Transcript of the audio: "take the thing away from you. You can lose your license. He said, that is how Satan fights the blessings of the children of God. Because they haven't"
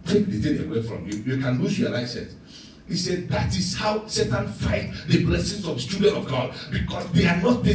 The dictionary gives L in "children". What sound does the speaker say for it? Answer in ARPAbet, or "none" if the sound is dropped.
none